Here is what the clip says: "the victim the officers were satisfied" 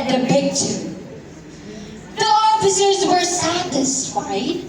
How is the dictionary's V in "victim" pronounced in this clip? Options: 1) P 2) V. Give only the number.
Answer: 1